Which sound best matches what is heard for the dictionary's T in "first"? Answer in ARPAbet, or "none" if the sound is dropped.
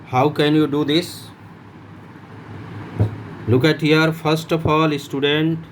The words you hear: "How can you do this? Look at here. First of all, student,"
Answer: T